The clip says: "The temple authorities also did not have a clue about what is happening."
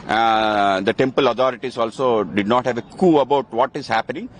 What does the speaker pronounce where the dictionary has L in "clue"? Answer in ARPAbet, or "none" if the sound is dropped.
none